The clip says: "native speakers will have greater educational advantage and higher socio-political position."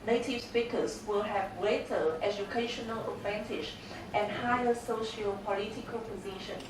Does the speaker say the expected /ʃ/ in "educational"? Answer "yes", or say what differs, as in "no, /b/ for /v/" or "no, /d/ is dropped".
yes